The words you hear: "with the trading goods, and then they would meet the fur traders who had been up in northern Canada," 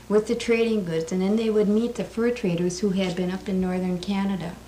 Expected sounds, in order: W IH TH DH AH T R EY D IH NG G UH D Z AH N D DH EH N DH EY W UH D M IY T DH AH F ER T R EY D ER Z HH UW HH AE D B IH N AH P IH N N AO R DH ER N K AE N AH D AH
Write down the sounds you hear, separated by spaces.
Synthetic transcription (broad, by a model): W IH DH AH T R EY D IH NG G UH D Z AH N DH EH N DH EY W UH D M IY T DH AH F ER T R EY D ER Z HH UW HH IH D B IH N AH P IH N N AO R DH ER N K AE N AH D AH